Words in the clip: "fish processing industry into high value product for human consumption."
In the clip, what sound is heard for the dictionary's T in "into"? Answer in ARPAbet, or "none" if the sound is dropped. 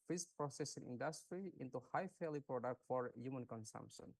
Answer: T